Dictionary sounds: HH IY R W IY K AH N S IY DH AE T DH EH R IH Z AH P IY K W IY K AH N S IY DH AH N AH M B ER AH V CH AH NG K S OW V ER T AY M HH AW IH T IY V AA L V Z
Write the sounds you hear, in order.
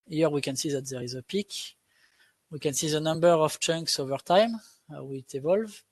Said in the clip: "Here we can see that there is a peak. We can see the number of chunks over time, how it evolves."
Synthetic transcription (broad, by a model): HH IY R W IY K AH N S IY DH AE T DH EH R IH Z AH P IY K W IY K AH N S IY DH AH N AH M B ER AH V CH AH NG K S OW V ER T AY M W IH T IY V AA L V